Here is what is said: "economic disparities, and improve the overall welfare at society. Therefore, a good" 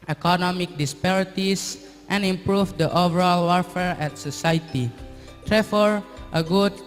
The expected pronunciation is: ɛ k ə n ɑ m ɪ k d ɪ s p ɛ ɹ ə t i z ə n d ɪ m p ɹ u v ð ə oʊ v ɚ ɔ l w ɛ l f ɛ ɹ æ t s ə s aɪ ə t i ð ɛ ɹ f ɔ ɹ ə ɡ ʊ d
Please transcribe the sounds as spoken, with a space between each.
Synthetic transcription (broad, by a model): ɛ k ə n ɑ m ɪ k d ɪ s p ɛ ɹ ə t i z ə n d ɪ m p ɹ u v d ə oʊ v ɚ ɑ l w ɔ f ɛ ɹ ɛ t s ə s aɪ t i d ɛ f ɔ ɹ ə ɡ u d